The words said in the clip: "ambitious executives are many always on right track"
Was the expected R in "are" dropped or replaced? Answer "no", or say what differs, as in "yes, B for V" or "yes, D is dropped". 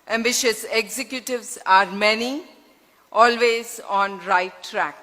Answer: no